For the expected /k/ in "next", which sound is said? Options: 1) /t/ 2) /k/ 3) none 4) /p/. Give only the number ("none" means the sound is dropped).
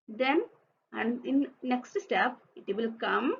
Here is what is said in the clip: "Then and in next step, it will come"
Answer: 2